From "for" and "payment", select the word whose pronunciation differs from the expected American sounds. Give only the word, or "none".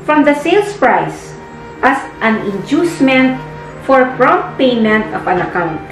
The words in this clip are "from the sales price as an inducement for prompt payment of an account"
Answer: none